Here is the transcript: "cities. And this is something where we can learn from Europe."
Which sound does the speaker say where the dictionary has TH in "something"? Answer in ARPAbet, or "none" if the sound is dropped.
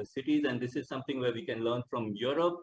T